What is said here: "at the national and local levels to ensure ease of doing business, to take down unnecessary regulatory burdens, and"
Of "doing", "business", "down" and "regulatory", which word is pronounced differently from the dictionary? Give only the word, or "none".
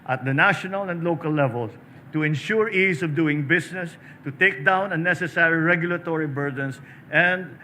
business